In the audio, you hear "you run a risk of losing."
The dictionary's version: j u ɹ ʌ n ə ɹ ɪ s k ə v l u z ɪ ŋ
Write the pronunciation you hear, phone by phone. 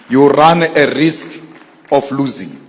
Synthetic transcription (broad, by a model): j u ɹ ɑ n ə ɹ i s k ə f l u z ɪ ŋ